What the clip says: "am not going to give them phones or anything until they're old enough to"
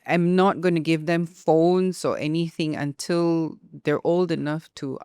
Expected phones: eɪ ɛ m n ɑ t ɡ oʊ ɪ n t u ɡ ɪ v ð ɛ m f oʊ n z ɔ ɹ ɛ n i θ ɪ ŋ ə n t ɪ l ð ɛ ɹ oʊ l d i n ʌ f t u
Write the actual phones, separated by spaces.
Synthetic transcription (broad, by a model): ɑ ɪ m n ɑ t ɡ oʊ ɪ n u ɡ ɪ v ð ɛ m f oʊ n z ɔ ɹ ɛ n i θ ɪ ŋ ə n t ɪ l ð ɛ ɹ oʊ l d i n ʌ f t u